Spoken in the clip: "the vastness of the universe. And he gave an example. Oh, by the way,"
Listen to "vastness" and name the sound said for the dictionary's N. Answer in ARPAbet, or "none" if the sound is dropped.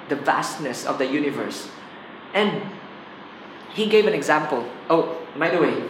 N